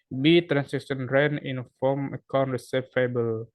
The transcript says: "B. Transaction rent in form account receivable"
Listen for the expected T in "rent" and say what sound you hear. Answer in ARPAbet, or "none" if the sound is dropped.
none